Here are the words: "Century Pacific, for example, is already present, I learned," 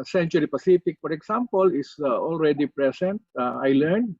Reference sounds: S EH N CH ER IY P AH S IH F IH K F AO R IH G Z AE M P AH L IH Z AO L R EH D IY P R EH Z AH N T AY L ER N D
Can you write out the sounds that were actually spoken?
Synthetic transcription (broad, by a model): S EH N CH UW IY P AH S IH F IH K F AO R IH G S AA M P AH L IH S AO L R EH D IY P R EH S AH N T AY L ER N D